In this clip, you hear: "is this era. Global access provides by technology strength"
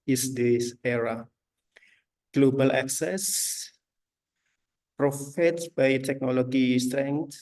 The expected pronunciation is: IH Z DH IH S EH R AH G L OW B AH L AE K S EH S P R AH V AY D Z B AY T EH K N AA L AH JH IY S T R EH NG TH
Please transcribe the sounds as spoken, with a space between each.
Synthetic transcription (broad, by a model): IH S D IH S EH R AH G L OW B AH L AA K S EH S P R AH F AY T B AY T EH K N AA L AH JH IY S T R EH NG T